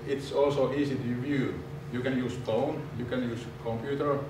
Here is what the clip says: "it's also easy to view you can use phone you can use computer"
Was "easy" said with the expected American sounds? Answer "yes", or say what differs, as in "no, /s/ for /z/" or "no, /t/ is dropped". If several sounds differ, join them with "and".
no, /s/ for /z/